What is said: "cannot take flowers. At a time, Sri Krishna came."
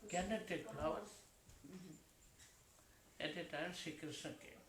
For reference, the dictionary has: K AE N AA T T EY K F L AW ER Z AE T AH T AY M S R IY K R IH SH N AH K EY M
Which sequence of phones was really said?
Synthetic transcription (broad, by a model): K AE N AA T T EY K P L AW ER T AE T AH T AY M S IY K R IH S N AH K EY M